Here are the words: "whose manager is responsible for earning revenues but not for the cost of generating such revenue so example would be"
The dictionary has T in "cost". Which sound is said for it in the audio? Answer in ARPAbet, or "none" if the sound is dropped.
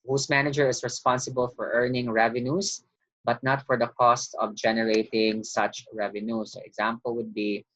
T